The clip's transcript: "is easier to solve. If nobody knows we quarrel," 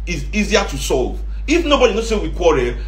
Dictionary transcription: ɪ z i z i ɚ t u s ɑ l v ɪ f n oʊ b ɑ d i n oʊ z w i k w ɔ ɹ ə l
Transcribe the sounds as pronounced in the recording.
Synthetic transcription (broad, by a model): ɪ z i z i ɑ t u s ɑ l v ɪ f n oʊ b ɑ d i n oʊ s w i k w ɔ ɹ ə